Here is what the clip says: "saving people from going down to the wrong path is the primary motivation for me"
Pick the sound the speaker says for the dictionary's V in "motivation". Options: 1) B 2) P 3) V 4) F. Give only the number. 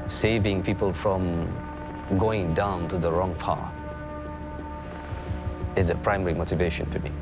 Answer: 3